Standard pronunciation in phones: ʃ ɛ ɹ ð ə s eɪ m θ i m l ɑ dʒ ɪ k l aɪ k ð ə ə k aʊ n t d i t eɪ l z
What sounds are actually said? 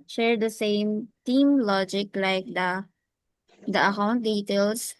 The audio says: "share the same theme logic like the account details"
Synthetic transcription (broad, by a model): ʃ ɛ ɹ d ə s eɪ m t i m l ɑ dʒ ɪ k l aɪ k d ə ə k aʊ n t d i t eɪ l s